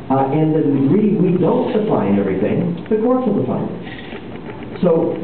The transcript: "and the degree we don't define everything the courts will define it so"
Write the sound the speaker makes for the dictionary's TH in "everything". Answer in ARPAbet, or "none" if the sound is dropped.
TH